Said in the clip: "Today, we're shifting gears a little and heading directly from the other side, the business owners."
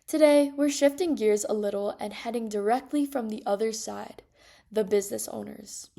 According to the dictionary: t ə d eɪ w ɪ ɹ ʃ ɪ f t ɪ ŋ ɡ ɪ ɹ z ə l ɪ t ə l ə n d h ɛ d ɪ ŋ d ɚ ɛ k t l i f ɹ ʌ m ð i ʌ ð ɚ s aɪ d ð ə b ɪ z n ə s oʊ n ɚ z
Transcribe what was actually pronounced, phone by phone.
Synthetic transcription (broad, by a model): t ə d eɪ w ɪ ɹ ʃ ɪ f t ɪ ŋ ɡ ɪ ɹ z ə l ɪ t l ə n h ɛ d ɪ ŋ d ɚ ɛ k t l i f ɹ ʌ m ð i ʌ ð ɚ s aɪ d ð ə b ɪ z n ə s oʊ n ɚ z